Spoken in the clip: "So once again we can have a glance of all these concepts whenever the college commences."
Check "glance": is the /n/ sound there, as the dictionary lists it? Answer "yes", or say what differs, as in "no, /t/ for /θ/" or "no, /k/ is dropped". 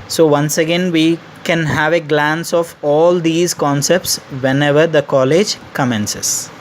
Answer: yes